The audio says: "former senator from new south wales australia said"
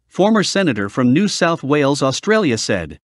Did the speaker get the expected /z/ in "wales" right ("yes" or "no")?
yes